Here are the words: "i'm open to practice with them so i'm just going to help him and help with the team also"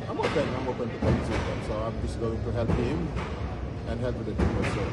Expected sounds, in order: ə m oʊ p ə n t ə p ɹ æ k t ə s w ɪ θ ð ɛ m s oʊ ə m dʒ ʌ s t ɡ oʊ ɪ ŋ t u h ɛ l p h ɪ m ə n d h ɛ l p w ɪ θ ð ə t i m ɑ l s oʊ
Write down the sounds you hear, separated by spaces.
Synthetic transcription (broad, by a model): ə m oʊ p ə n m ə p ʌ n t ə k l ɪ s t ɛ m s oʊ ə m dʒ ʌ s ɡ oʊ ɪ ŋ t u h ɛ l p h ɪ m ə n h ɛ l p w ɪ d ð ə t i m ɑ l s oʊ